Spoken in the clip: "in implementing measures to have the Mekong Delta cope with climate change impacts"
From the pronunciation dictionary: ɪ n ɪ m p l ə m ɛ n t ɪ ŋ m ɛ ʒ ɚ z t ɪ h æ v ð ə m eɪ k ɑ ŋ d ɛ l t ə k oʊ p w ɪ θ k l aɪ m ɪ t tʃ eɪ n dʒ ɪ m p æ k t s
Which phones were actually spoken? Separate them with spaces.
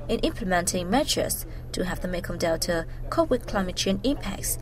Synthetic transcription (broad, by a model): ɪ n ɪ m p l ə m ɛ n t ɪ ŋ m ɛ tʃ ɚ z t ɪ h æ v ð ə m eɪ k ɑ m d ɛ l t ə k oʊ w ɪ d k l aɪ m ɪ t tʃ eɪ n ɪ m p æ k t s